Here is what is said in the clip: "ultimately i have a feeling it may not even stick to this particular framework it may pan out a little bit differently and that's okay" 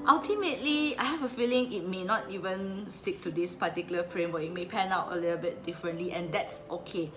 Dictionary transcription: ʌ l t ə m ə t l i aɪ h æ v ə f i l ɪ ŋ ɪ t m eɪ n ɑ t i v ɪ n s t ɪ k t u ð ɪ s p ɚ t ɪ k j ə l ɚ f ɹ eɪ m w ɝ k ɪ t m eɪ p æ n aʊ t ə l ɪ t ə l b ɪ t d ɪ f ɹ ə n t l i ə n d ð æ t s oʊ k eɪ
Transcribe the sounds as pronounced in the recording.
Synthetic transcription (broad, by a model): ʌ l t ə m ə t l i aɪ h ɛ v ə f i l ɪ ŋ ɪ t m eɪ n ɑ t i v ɪ n s t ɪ k t u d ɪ s p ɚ t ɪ k j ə l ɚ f ɹ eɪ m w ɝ ɪ t m eɪ p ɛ n aʊ t ə l ɪ t ə l b ɪ t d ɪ f ɹ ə n t l i ə n d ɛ t s oʊ k eɪ